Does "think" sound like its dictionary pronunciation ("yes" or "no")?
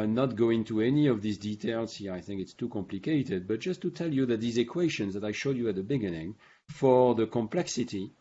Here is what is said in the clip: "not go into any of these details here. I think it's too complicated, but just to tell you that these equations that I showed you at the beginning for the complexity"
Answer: yes